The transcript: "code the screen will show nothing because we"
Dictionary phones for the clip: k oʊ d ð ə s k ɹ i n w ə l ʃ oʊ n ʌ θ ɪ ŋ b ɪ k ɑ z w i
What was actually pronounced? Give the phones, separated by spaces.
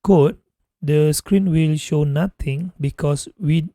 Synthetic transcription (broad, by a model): k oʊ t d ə s k ɹ i n w ə l ʃ oʊ n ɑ t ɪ ŋ b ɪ k ɑ s w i